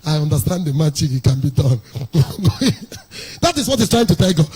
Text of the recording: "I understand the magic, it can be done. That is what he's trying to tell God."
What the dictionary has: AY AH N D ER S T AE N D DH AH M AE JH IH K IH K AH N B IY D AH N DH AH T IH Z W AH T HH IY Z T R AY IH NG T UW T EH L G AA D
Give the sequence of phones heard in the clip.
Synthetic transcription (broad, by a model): AY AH N D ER S T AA N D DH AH M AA CH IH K IH K AH N B IY D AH N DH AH T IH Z W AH T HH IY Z T R AY IH NG T UW T EH L G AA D